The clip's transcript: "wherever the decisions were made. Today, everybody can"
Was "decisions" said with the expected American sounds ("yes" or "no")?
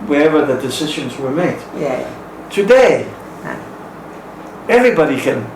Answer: yes